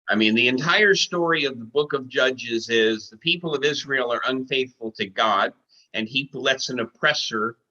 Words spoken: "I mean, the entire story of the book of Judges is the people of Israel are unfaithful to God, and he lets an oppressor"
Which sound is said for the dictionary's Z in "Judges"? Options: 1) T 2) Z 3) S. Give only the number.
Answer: 2